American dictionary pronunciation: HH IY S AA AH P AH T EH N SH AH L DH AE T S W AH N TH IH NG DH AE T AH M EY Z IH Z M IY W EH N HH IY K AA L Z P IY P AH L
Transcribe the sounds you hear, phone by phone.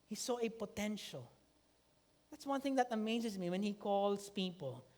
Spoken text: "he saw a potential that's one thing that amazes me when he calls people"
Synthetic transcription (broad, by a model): HH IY S AA AH P AH T EH N SH AH L DH AE T S W AH N TH IH NG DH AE T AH M EY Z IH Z M IY W EH N HH IY K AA L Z P IY P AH L